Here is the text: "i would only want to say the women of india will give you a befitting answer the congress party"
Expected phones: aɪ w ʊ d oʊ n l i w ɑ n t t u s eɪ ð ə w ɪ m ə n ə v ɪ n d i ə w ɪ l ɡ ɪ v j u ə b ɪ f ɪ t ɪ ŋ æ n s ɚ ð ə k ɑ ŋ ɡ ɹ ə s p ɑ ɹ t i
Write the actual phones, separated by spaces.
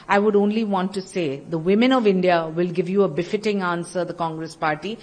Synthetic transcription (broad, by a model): aɪ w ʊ d oʊ n l i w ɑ n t t u s eɪ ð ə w ɪ m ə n ə v ɪ n d i ə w ɪ l ɡ ɪ v j u ə b ɪ f ɪ t ɪ ŋ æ n s ɚ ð ə k ɑ ŋ ɡ ɹ ə s p ɑ ɹ t i